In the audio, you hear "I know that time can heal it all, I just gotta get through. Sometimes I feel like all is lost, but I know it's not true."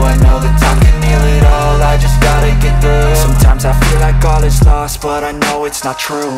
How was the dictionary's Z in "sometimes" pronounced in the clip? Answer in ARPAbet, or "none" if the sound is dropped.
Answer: Z